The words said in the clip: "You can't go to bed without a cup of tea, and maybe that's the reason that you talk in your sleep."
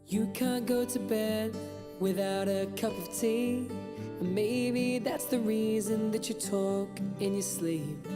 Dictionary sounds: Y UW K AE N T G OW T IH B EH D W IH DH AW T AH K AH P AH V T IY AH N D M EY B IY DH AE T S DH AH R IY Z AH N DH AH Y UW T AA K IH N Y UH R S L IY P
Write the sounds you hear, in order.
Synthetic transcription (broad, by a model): Y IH K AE N G OW T IH B EH D W IH DH AW T AH K AH P AH V T IY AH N M EY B IY DH AE T S DH AH R IY Z AH N DH AH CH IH T AA K IH N Y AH R S L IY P